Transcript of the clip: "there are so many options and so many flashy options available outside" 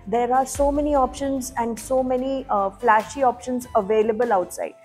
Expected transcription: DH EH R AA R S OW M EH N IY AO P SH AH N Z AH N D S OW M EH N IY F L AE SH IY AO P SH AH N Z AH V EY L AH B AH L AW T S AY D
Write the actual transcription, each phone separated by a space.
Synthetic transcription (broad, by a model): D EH R AA R S OW M EH N IY AO P SH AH N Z AH N D S OW M EH N IY F L AE SH IY AO P SH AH N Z AH V EY L AH B AH L AW T S AY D